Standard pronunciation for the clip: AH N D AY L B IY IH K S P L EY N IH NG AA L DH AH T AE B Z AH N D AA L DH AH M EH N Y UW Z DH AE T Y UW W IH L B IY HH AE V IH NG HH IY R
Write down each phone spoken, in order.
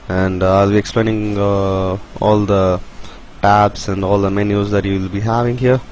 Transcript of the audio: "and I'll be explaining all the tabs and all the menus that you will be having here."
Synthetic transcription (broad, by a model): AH N D AY L B IY IH K S P L EY N IH NG AA L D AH T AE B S AH N D AA L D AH M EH N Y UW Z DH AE T Y UW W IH L B IY HH AE V IH NG HH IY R